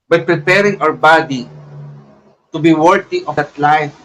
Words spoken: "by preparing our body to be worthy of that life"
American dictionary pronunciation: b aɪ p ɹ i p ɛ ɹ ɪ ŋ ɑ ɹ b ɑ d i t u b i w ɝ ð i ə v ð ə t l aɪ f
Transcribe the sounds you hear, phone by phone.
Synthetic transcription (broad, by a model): b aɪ p ɹ i p ɛ ɹ ɪ ŋ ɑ w b ɑ d i t u b i w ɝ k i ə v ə t l aɪ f